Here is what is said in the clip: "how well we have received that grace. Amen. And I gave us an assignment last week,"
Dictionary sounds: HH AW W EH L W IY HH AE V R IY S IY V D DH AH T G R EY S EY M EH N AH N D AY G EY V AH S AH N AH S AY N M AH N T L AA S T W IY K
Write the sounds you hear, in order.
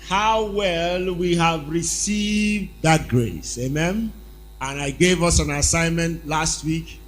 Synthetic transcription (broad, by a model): HH AW W EH L W IY HH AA V R IY S IY V D DH AH T G R EY S EY M EH N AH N AY G EY V AH S AH N AH S AY N M AH N T L AA S T W IY K